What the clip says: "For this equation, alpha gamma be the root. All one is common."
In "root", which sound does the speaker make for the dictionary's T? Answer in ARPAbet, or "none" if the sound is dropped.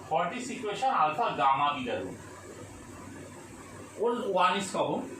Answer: none